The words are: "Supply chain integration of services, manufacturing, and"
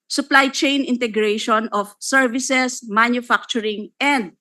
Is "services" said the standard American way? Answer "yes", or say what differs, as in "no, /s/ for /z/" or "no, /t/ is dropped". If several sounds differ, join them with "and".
no, /s/ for /z/